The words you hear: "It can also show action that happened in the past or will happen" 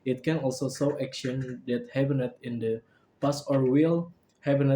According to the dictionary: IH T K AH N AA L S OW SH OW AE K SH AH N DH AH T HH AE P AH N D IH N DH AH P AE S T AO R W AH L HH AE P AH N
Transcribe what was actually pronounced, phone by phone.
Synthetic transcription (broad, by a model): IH T K AH N AA L S OW S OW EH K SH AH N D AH T HH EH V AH N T IH N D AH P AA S AO R W AH L HH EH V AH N